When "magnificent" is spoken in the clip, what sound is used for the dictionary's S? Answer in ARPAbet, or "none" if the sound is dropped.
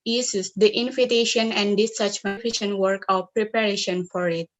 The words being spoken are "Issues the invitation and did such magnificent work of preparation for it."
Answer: SH